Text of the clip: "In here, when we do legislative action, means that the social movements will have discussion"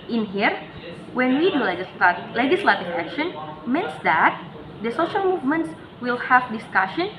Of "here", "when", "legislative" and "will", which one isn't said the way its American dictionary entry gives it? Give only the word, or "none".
legislative